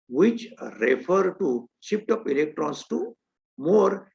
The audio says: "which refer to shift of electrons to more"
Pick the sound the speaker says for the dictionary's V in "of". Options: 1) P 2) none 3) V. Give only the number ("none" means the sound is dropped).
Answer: 1